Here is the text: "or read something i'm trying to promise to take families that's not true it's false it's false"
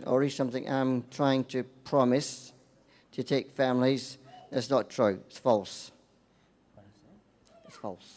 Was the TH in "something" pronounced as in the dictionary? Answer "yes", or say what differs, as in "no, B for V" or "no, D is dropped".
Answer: yes